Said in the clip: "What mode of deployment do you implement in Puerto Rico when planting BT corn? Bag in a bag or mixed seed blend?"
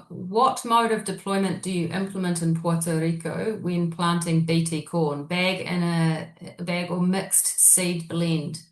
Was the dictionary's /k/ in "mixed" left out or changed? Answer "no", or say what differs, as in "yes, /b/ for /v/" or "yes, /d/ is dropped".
no